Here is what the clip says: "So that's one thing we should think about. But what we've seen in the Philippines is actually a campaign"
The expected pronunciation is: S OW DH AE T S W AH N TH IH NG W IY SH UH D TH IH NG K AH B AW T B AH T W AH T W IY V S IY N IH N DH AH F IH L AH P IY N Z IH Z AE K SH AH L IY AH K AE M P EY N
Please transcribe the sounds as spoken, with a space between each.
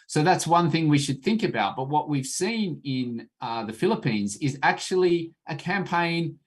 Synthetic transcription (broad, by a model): S OW DH AE T S W AH N TH IH NG W IY SH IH D TH IH NG K AH B AW T B AH T W AH T W IY V S IY N IH N DH AH F IH L AH P IY N Z IH Z AE K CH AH L IY AH K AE M P EY N